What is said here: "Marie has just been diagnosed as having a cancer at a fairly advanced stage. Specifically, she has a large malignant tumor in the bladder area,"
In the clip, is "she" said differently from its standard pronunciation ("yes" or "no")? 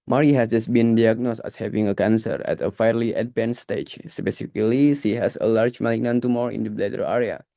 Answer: yes